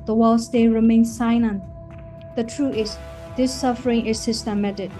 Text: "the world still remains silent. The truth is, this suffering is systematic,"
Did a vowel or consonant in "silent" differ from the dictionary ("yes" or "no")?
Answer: yes